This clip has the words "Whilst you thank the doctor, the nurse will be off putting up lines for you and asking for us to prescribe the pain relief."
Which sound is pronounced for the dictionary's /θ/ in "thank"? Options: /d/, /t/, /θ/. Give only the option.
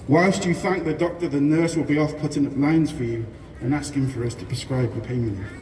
/θ/